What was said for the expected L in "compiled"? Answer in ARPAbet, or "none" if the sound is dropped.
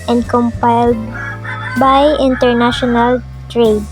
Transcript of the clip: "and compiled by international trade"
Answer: L